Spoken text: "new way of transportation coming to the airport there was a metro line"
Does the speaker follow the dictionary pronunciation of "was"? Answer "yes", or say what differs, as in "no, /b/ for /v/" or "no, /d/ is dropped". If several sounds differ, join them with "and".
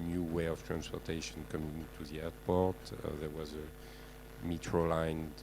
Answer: yes